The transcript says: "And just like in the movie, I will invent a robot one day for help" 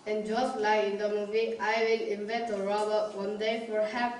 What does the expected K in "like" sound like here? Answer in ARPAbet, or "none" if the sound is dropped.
none